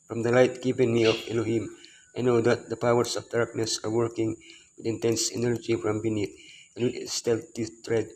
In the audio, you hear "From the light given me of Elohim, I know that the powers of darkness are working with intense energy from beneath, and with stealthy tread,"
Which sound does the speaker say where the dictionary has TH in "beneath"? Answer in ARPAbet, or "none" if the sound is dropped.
T